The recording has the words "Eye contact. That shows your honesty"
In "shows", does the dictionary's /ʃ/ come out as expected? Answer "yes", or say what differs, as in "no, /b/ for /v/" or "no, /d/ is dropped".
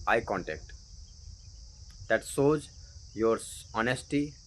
no, /s/ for /ʃ/